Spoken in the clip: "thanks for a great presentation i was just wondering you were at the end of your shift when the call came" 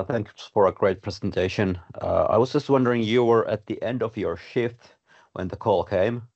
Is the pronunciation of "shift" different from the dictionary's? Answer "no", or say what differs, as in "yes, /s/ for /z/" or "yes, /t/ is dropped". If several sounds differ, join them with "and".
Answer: no